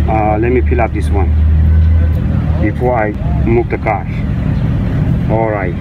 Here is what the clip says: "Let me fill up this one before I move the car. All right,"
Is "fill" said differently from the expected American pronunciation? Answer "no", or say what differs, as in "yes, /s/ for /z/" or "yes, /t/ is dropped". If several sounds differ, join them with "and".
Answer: yes, /p/ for /f/